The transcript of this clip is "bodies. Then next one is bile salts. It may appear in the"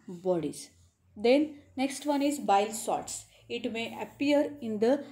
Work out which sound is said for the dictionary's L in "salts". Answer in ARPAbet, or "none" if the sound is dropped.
none